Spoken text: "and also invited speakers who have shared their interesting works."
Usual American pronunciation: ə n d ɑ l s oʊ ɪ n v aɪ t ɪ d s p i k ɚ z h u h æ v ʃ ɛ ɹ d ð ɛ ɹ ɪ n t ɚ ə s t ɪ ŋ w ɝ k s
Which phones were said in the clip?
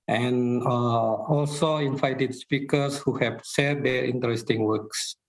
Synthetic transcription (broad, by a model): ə n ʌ ɑ l s oʊ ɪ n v aɪ t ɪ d s p i k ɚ s h u h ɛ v s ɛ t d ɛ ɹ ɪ n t ɚ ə s t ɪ ŋ w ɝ k s